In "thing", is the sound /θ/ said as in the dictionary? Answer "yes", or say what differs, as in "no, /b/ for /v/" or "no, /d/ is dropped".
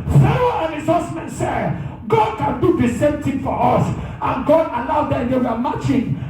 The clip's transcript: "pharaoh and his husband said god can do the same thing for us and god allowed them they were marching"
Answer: no, /t/ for /θ/